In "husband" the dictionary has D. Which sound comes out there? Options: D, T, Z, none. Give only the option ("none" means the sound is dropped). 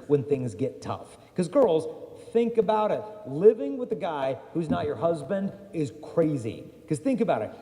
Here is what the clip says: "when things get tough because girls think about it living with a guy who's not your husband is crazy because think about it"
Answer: D